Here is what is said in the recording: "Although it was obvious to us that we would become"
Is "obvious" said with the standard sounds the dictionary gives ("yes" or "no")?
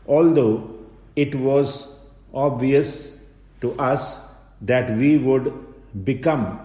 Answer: yes